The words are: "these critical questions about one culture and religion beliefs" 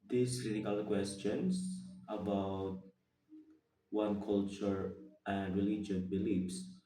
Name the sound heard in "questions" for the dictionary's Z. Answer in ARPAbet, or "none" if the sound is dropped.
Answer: S